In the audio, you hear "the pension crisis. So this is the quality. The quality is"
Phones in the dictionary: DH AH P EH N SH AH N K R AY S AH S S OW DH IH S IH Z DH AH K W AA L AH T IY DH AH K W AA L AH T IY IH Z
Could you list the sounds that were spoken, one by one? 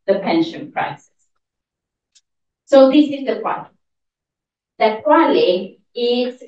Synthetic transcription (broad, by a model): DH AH P EH N SH AH N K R AY S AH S S OW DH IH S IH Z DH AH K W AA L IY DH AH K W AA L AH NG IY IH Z